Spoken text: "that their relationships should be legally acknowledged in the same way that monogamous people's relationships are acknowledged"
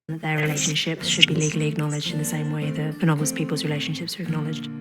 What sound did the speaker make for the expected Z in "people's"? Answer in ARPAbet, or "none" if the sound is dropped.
Z